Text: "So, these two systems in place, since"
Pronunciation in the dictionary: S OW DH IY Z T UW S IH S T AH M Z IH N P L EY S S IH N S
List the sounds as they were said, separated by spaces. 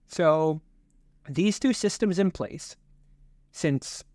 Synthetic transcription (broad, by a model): S OW DH IY Z T UW S IH S T AH M Z IH N P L EY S S IH N S